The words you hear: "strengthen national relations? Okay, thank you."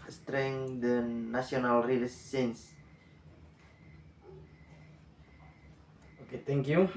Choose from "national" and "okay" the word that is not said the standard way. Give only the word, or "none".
national